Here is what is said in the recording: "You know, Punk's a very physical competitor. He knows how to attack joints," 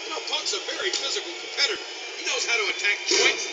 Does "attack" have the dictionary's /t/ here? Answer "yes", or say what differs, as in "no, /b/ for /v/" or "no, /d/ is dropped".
yes